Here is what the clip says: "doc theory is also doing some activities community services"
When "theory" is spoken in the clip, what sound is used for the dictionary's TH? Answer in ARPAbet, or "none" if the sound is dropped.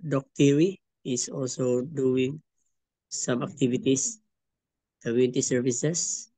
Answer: T